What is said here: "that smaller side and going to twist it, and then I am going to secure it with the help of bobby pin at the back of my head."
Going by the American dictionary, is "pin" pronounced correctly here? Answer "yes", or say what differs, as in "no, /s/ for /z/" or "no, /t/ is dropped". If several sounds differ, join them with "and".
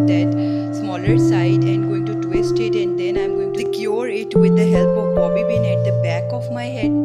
no, /b/ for /p/